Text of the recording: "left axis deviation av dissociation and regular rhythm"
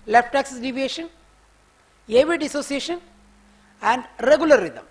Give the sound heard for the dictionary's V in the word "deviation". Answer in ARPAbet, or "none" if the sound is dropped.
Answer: V